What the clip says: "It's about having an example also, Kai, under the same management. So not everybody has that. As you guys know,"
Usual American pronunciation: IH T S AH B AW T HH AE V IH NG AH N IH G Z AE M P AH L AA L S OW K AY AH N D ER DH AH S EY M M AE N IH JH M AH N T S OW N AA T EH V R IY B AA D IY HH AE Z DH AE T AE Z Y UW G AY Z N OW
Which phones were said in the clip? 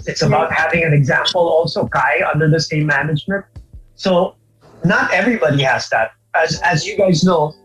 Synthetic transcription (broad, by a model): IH T S AH B AW T HH AE V IH NG AH N IH G Z AE M P AH L AA L S OW K AY AH N D ER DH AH S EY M M AE N IH JH M AH N T S OW N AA T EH V R IY B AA D IY HH AE Z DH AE T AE Z Y UW G AY Z N OW